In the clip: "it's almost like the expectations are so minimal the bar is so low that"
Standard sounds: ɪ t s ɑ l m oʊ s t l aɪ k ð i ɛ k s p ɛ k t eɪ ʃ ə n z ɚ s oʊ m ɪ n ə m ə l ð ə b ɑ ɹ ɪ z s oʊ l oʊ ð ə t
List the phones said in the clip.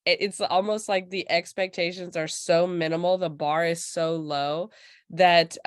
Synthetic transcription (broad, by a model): ɪ t s ɑ l m oʊ s t l aɪ k ð i ɛ k s p ɛ k t eɪ ʃ ə n z ɚ s oʊ m ɪ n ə m l ð ə b ɑ ɹ ɪ z s oʊ l oʊ ð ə t